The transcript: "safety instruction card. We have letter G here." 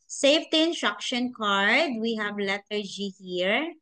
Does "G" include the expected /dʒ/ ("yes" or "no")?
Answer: yes